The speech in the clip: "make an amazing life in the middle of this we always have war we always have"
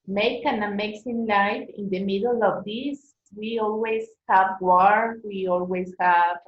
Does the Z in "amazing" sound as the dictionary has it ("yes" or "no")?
no